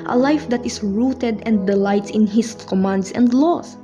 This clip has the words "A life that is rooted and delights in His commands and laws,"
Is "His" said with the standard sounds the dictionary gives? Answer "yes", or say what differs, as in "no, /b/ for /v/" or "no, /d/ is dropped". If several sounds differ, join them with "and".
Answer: no, /s/ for /z/